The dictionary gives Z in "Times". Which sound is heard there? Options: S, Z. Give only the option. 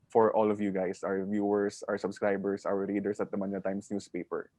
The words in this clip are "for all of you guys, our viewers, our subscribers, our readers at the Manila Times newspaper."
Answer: S